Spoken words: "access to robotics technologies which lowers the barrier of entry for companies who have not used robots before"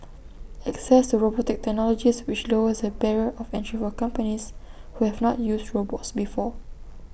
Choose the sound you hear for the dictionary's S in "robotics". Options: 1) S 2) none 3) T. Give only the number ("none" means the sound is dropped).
2